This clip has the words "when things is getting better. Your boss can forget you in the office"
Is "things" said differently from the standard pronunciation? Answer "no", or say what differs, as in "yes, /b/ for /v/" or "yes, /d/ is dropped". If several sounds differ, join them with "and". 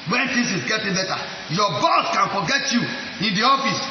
yes, /t/ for /θ/